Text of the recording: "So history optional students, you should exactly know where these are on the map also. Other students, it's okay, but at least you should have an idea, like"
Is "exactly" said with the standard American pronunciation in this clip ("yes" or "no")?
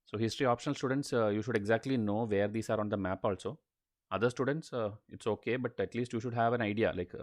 yes